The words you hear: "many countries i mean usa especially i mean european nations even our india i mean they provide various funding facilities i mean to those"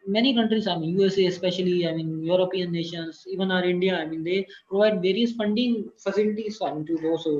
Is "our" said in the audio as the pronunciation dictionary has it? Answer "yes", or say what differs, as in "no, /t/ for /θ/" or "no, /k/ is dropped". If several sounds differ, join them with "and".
yes